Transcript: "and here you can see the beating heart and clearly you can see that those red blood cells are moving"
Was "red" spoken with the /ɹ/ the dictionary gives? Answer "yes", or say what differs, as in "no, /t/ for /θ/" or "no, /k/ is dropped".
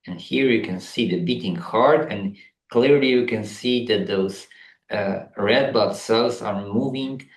yes